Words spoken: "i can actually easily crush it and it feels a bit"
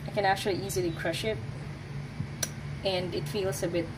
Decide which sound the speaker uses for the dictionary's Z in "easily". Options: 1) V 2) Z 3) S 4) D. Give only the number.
2